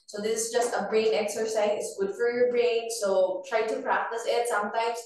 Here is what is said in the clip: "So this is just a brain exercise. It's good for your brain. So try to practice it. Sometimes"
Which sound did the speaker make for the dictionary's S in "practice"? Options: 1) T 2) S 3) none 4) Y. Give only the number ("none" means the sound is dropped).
2